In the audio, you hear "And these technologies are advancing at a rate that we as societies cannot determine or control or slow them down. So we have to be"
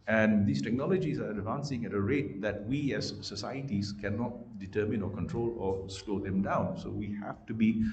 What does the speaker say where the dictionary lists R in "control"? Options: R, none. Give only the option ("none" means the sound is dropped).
R